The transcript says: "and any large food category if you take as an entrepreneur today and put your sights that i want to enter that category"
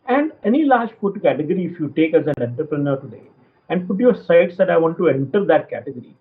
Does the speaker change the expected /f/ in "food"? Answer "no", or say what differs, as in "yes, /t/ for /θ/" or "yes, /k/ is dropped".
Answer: yes, /p/ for /f/